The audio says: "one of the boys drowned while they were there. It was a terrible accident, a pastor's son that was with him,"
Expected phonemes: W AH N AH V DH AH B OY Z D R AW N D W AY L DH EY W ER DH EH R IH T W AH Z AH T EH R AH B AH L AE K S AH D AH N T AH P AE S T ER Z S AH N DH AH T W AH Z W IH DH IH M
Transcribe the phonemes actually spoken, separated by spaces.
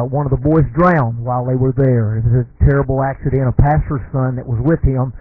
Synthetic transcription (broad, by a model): W AH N AH V DH AH B OY Z D R AW N D W AY L DH EY W ER DH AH R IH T W AH Z AH T EH R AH B L AE K S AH D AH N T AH P AE S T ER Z S AH N DH AH T W AH Z W IH DH IH M